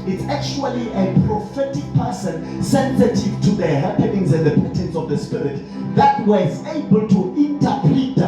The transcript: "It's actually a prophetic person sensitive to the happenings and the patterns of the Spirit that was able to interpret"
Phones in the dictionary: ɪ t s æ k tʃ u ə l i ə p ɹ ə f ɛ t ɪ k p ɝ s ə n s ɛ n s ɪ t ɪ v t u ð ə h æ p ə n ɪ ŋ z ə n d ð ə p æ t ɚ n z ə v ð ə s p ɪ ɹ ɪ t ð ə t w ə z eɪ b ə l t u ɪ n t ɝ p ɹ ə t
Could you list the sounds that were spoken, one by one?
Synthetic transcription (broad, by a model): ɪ t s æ k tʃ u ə l i ə p ɹ ə f ɛ t ɪ k p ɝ s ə n s ɛ n s ɪ t ɪ v t u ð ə h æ p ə n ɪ ŋ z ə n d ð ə p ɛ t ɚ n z ə v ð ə s p ɪ ɹ ɪ t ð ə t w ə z eɪ b ə l t u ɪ n t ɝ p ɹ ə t